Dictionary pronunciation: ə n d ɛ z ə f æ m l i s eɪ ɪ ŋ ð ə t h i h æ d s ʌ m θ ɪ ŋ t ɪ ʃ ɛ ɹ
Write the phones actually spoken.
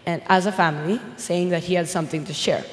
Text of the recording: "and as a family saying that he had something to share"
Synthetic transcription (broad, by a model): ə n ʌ z ə f æ m l i s eɪ ɪ ŋ ð ə t h i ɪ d s ʌ m θ ɪ ŋ t ɪ ʃ ɛ ɹ